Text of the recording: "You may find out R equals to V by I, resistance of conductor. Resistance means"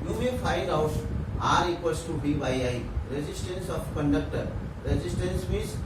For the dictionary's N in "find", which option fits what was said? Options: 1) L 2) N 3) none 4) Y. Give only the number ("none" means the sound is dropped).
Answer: 3